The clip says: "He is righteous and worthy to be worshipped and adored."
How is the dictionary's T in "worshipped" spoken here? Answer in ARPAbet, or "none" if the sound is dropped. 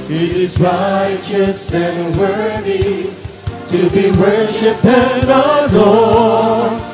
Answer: none